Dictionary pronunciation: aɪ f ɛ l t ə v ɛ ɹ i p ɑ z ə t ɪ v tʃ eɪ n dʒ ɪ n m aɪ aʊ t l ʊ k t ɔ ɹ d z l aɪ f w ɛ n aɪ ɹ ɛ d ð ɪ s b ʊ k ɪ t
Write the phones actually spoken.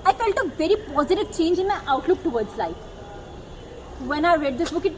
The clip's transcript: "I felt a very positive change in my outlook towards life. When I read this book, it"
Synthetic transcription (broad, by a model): aɪ f ɛ l t ə v ɛ ɹ i p ɑ z ə t ɪ v tʃ eɪ n dʒ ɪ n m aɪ aʊ t l ʊ k t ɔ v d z l aɪ f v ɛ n aɪ ɹ ɛ d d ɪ s b ʊ k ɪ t